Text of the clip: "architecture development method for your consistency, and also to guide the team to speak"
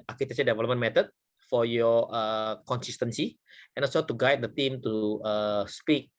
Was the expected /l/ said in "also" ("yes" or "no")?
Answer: no